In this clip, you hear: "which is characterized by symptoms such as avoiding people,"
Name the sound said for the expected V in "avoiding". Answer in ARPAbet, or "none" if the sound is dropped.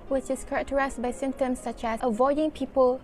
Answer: V